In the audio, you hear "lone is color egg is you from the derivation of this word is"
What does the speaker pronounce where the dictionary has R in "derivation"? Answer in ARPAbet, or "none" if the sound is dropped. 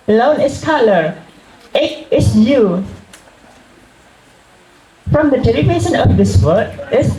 L